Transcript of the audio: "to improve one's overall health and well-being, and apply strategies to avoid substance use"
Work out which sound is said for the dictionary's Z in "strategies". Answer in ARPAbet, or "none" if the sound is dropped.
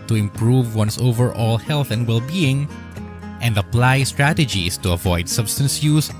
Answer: S